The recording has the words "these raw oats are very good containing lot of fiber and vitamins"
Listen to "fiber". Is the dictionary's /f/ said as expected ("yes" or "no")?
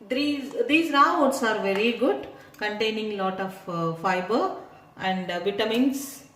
yes